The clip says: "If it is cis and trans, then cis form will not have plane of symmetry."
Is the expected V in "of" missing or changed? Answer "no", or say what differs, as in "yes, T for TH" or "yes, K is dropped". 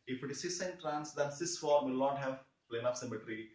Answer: yes, P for V